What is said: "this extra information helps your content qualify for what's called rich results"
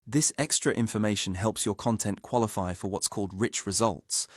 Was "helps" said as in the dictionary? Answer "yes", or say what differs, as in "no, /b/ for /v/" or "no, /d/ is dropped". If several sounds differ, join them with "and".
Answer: yes